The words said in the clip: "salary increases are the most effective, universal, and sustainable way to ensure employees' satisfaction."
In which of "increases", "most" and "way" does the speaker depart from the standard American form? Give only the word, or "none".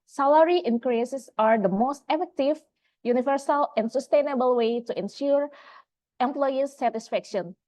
increases